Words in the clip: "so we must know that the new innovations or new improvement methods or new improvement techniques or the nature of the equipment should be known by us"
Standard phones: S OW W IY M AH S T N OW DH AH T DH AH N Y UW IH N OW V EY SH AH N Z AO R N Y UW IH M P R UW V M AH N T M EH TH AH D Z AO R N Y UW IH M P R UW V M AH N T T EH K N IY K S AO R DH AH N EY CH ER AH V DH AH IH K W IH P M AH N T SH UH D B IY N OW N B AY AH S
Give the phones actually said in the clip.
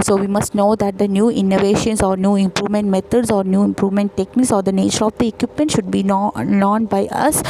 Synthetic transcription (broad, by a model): S OW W IY M AH S T N OW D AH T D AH N Y UW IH N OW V EY SH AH N S AO R N Y UW IH M P R UW V M AH N T M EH T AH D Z AO R N Y UW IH M P R UW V M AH N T T EH K N IY K S AO R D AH N EY CH ER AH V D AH IH K W IH P M AH N T SH UH D B IY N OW N B AY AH S